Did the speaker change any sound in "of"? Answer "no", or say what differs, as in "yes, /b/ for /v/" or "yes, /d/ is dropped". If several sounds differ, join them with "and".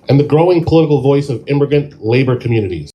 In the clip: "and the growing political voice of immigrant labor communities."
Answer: no